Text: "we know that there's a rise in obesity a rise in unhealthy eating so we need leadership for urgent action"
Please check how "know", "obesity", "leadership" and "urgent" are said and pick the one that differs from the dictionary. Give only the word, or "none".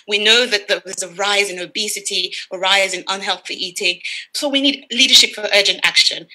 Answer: none